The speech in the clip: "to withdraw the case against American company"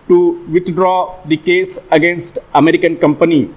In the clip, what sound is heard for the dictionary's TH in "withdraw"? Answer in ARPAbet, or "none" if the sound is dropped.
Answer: T